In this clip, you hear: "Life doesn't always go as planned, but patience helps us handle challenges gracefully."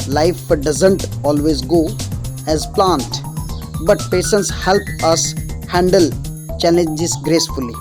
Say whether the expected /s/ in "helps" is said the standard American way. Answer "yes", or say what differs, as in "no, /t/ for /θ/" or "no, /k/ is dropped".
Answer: no, /s/ is dropped